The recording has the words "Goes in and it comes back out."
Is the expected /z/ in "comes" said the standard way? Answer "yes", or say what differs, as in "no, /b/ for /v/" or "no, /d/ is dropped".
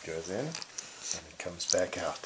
yes